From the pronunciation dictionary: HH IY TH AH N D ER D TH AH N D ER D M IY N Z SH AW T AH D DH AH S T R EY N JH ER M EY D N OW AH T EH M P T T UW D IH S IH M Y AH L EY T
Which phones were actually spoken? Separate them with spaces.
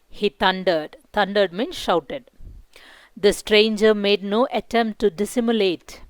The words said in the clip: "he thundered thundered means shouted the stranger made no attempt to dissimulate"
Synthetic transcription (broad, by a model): HH IY T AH N D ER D T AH N D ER D M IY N SH AW T AH D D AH S T R EY N JH ER M EY D N OW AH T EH M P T T UW D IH S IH M Y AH L EY T